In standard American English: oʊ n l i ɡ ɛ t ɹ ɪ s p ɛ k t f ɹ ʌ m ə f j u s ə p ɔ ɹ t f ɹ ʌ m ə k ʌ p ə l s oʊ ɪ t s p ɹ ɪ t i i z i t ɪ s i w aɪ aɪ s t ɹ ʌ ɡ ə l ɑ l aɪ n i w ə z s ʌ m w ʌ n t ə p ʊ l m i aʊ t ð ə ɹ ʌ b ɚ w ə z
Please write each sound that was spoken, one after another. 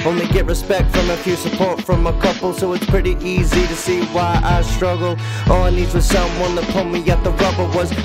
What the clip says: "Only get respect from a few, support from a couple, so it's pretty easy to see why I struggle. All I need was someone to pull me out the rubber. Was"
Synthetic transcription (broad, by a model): oʊ n l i ɡ ɛ t ɹ ɪ s p ɛ k t f ɹ ʌ m ə f j u s ə p ɔ ɹ t f ɹ ʌ m ə k ʌ p l s oʊ ɪ t s p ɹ ɪ t i i z i t ɪ s i w aɪ aɪ s t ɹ ʌ ɡ l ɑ n i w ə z s ʌ m w ʌ n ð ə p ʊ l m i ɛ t ð ə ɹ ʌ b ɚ w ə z